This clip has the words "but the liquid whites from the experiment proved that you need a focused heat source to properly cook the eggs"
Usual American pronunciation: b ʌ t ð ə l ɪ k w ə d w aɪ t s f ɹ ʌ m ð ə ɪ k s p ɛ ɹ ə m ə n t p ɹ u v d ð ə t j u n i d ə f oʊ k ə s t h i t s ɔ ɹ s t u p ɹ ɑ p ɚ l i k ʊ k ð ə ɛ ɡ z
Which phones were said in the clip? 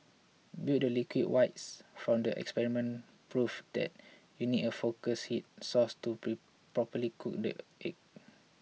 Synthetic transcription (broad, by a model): b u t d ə l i k w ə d w aɪ t s f ɹ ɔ m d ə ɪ k s p ɛ ɹ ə m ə n p ɹ u f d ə t j u n i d ə f oʊ k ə s h i t s ɔ s t u p ɹ ɑ p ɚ l i k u k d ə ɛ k